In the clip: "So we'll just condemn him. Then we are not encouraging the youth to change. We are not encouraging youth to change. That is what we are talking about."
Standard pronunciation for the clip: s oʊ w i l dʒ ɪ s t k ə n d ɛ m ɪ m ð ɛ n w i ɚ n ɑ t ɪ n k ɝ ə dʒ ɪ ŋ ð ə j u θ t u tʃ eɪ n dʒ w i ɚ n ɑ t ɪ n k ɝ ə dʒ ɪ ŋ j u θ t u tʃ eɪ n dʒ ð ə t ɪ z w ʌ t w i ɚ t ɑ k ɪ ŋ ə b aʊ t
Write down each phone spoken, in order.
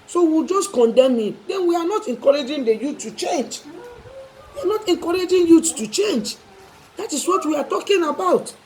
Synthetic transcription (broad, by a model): s oʊ w i l dʒ ɪ s t k ə n d ɛ m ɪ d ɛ n w i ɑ n ɑ t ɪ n k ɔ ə dʒ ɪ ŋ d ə j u t u tʃ eɪ n dʒ w i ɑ n ɑ t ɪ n k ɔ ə dʒ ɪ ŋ j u t t u tʃ eɪ n dʒ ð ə t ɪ s w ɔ t w i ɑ t ɑ k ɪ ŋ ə b aʊ t